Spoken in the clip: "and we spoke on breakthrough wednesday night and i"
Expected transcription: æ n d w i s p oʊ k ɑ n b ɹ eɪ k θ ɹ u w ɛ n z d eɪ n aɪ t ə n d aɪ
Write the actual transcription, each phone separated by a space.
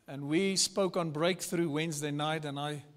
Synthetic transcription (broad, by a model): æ n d w i s p oʊ k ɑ n b ɹ eɪ k θ ɹ u w ɛ n z d eɪ n aɪ t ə n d aɪ